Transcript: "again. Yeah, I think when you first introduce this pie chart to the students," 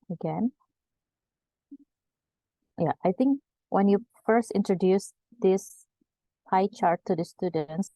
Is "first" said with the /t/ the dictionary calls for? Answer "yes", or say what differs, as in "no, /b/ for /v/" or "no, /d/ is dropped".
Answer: yes